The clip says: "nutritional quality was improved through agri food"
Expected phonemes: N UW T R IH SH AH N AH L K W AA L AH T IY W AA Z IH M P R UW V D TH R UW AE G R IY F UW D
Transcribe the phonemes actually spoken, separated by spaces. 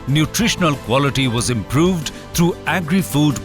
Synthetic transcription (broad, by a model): N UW T R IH SH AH N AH L K W AA L AH T IY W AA Z IH M P R UW V D T R UW AE G R IY F UW D